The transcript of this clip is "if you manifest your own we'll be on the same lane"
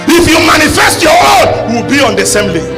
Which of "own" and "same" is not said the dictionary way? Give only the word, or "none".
own